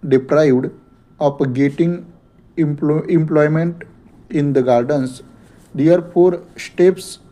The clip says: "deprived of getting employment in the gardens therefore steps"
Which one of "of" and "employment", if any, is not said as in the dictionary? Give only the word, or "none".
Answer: of